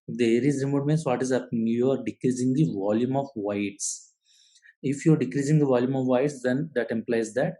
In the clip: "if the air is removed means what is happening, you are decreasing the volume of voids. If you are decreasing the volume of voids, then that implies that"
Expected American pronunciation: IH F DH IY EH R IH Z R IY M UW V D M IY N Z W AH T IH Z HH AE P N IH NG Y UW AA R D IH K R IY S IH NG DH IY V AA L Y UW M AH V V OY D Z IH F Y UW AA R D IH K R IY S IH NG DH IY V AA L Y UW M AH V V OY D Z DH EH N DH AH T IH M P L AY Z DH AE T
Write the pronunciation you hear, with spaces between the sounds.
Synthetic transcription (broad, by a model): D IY EH R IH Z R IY M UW D M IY N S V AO T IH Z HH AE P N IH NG Y UW AA R D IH K R IY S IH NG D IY V AA L Y UW M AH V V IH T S IH F Y UW AA R D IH K R IY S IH NG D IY V AA L Y UW M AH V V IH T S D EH N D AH T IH M P L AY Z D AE T